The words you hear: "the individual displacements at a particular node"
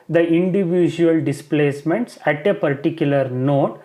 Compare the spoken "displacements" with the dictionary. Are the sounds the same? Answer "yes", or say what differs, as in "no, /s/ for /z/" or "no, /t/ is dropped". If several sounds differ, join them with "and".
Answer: yes